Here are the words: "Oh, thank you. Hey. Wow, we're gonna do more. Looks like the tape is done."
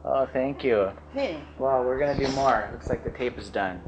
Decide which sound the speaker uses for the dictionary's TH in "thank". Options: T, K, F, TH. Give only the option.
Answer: TH